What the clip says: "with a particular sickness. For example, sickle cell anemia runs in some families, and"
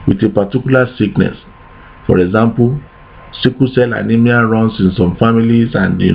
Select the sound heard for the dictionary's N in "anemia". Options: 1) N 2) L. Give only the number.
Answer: 1